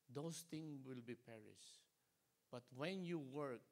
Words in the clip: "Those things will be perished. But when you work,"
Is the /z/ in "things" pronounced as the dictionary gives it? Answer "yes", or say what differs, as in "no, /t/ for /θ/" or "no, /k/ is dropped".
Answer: no, /z/ is dropped